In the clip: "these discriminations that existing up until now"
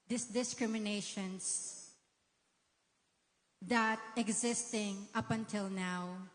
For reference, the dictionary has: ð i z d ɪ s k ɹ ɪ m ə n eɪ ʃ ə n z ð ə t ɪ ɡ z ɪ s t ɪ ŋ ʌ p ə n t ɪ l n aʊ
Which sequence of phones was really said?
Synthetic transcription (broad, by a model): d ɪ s d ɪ s k ɹ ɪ m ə n eɪ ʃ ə n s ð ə t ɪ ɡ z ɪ s t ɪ ŋ ʌ p ə n t ɪ l n aʊ